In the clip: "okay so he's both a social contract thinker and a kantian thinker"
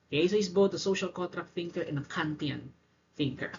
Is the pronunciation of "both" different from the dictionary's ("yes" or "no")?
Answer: yes